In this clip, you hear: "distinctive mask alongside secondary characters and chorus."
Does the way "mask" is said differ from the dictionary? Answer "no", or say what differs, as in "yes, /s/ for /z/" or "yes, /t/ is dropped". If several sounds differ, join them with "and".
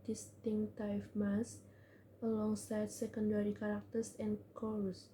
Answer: yes, /k/ is dropped